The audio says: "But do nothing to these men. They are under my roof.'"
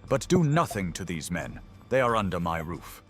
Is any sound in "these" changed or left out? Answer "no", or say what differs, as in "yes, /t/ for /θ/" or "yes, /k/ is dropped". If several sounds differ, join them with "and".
no